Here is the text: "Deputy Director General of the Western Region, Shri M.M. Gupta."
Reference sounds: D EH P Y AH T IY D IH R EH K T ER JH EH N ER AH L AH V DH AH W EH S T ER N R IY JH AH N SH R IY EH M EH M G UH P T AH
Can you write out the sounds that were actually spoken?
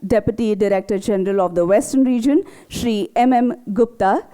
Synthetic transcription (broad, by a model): D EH P Y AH T IY D IH R EH K T ER JH EH N ER AH L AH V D AH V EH S T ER N R IY JH AH N SH R IY EH M EH M G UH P T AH